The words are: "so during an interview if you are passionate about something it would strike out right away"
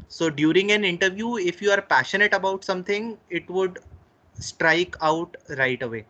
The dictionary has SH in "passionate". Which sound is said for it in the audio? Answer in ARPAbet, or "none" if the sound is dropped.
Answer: SH